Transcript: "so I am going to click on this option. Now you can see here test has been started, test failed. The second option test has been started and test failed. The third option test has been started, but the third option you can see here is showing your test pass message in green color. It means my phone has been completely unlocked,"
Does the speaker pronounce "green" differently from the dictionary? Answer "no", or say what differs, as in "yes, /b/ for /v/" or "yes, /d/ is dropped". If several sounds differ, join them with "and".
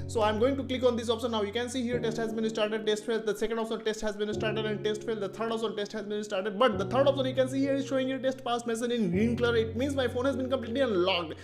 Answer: yes, /ɹ/ is dropped